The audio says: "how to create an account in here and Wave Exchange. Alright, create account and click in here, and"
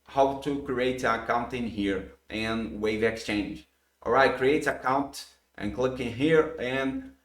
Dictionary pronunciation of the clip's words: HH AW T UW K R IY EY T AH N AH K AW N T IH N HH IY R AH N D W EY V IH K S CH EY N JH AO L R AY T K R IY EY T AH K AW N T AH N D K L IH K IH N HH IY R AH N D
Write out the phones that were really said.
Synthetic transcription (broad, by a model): HH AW T UW K R IY EY T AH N AH K AW N T IH N HH IY R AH N W EY V IH K S CH EY N JH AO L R AY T K R IY EY T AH K AW N T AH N K L IH K IH N HH IY R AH N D